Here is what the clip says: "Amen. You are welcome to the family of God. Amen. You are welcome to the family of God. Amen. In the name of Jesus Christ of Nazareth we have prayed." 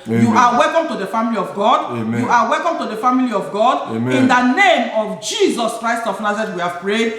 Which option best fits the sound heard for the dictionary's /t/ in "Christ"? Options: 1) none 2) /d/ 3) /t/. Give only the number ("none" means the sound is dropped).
3